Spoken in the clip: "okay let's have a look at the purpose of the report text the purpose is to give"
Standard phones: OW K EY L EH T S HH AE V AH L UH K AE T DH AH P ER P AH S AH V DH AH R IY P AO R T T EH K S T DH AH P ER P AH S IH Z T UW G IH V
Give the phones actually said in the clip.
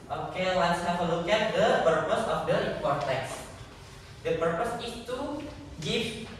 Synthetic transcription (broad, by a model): OW K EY L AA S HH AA F AH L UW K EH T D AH P ER P AH S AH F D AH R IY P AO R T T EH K S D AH P ER P AH S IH S T UW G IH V